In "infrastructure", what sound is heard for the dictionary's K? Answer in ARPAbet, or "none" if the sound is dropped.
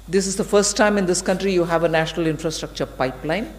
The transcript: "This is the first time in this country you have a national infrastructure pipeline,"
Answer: K